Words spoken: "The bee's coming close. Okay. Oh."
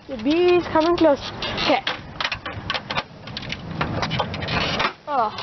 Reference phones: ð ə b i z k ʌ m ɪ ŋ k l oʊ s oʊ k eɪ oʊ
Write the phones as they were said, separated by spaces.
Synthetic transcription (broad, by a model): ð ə b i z k ʌ m ɪ ŋ k l oʊ s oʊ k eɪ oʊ